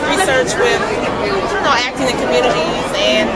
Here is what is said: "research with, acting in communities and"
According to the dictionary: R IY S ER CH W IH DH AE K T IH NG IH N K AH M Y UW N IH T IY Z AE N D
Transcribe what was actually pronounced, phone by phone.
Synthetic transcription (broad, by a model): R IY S ER CH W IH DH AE K T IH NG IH K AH M Y UW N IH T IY AE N